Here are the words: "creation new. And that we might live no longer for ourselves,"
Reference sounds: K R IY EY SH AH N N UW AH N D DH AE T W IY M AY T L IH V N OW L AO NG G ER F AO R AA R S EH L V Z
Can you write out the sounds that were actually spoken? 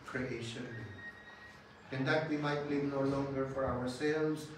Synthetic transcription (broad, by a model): K R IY EY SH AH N L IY AH N D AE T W IY M AY T L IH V N OW L AO NG G ER F AO R AA R S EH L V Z